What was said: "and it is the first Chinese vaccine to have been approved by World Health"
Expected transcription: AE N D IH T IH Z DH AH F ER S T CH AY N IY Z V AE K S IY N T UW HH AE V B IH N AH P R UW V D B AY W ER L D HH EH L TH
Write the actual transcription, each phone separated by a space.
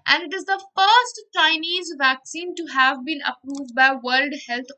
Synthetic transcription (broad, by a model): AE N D IH T IH Z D AH F ER S T CH AY N IY Z V AE K S IY N T UW HH AE V B IH N AH P R UW V D B AY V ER L D HH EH L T